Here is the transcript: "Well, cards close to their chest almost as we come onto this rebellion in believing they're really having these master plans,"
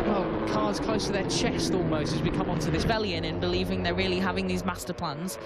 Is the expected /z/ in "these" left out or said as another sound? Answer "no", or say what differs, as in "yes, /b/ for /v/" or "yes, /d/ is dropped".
no